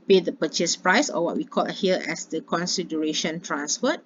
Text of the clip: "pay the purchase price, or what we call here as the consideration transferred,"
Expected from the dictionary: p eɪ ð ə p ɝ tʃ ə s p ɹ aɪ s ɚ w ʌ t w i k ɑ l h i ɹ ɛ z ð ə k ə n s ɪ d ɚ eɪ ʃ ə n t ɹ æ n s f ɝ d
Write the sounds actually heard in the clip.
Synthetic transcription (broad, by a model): p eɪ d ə p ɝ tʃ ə s p ɹ aɪ s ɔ w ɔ t w i k ɑ l h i l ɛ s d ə k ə n s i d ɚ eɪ ʃ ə n t ɹ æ n s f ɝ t